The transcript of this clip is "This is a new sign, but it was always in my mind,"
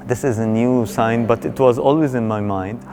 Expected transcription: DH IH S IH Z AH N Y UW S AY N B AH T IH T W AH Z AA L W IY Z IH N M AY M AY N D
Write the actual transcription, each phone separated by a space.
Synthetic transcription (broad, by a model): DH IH S IH Z AH N Y UW S AY N B AH T IH T W AH Z AA L W IY Z IH N M AY M AY N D